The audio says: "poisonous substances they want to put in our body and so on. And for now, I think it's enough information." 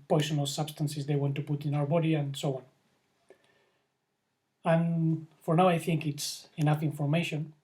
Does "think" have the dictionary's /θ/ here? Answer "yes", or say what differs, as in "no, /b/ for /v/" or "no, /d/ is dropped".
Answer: yes